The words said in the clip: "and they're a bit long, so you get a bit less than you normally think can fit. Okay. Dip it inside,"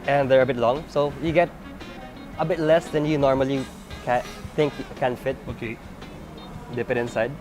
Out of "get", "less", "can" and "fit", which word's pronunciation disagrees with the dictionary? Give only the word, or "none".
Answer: none